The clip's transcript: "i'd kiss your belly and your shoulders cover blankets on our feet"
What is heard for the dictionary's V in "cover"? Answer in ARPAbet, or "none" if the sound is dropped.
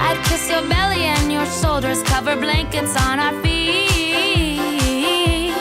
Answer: V